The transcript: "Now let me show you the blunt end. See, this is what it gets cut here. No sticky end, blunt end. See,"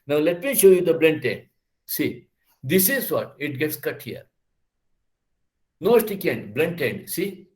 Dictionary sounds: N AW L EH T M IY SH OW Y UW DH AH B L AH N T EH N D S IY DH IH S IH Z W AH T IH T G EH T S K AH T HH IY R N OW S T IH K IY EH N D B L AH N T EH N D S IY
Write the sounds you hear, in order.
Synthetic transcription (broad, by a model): N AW L EH T M IY SH OW Y UW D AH B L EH N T EH N D S IY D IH S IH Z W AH T IH T G EH T S K AH T HH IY R N OW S T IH K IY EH N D B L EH N T EH N D S IY